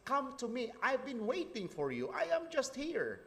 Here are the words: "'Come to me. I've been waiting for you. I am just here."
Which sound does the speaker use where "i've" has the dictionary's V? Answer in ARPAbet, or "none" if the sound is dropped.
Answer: V